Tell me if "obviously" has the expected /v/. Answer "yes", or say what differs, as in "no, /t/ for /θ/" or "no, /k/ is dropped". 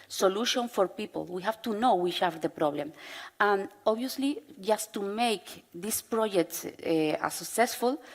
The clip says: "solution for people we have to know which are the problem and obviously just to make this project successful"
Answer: no, /v/ is dropped